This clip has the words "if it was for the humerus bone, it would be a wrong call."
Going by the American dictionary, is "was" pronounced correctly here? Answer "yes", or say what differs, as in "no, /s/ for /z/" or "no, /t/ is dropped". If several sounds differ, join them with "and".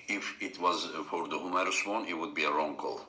yes